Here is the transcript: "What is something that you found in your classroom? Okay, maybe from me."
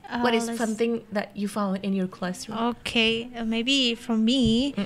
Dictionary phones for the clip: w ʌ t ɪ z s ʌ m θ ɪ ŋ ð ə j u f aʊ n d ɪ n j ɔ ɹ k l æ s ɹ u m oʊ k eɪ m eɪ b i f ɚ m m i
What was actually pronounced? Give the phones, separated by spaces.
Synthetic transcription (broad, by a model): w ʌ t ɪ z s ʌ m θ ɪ ŋ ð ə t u f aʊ d ɪ n j ɔ ɹ k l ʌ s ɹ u oʊ k eɪ m eɪ b i f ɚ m m i